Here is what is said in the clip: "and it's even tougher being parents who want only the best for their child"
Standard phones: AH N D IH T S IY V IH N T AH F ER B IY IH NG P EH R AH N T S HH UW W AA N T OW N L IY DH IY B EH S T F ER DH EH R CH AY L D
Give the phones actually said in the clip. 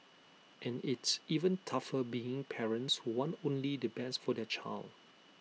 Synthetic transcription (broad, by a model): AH N IH T S IY V IH N T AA F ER B IY IH NG P EH R AH N T S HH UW W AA N OW N L IY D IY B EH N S F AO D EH CH AY L D